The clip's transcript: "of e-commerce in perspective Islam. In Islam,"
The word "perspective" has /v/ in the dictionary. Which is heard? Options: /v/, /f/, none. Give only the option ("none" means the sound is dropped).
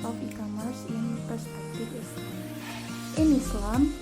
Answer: /f/